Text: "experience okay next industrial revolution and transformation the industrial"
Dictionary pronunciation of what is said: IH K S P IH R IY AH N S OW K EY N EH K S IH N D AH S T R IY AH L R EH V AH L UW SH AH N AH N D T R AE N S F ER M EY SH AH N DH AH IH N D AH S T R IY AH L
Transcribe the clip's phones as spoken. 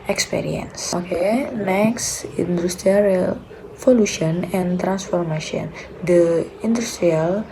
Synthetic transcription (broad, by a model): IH K S P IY R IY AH N S OW K EY N EH K S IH N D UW S T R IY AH R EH F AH L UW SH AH N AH N T R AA N S F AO M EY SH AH N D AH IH N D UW S T R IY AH L